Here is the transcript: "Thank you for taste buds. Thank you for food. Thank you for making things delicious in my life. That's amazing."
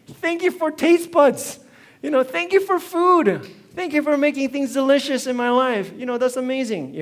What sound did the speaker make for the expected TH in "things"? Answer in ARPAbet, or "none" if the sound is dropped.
TH